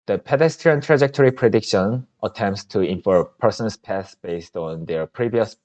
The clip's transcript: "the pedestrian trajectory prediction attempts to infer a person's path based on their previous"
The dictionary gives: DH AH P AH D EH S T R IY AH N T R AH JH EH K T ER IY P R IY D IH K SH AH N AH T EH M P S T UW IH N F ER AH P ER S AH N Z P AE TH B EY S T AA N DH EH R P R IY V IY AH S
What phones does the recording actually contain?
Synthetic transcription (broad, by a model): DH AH P AH D EH S T R IY AH N T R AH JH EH K T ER IY P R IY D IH K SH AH N AH T EH M P S T UW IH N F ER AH P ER S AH N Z P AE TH B EY S T AA N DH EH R P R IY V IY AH S